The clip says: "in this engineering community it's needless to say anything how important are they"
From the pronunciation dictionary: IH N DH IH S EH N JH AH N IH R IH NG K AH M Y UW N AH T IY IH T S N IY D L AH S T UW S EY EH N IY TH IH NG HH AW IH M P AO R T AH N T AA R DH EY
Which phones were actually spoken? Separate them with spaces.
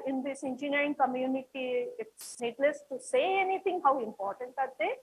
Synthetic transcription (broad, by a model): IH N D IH S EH N JH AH N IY R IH NG K AH M Y UW N AH T IY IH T S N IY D L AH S T UW S EY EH N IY T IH NG HH AW IH M P AO R T AH N T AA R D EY